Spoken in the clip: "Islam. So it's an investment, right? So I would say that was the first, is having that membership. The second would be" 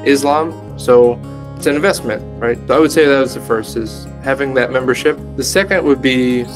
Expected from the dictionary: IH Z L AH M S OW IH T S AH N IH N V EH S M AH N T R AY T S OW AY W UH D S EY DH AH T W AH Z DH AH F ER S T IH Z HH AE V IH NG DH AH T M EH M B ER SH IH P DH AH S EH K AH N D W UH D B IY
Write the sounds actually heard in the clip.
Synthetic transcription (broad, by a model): IH Z L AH M S OW IH T S AH N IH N V EH S M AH N T R AY T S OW AY W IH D S EY DH AH T W AH Z DH AH F ER S T IH Z HH AE V IH NG DH AH T M EH M B ER SH IH P DH AH S EH K AH N D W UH D B IY